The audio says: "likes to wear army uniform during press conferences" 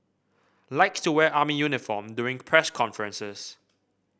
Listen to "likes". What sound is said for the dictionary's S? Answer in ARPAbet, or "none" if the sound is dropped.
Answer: none